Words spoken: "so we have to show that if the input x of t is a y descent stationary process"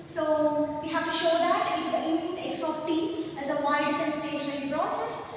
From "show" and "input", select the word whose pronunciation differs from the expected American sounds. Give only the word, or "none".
input